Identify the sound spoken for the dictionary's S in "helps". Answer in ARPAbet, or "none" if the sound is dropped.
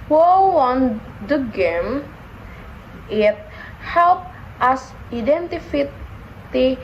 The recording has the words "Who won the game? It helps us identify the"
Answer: none